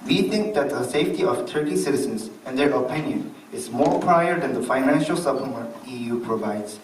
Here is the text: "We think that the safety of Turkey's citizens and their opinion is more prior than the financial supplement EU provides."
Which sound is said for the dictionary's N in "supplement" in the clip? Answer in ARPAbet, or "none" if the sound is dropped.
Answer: none